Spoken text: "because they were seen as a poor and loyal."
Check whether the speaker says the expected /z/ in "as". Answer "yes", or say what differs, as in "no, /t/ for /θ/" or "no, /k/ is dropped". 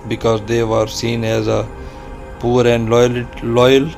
yes